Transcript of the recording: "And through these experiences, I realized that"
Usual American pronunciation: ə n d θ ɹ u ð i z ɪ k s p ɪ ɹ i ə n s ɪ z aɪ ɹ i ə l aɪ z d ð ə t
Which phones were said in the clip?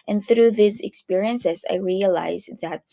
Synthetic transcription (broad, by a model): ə n θ ɹ u ð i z ɪ k s p ɪ ɹ i ə n s ɪ z aɪ ɹ i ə l aɪ z ð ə t